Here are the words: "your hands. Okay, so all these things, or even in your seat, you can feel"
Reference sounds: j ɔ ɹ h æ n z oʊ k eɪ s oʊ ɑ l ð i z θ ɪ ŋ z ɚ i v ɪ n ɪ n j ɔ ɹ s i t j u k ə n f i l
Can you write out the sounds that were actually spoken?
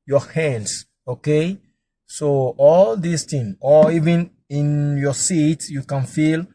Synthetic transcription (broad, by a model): j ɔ h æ n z oʊ k eɪ s oʊ ɑ l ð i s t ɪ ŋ ɚ i v ɪ n ɪ n j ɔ s i t j u k ə n f i l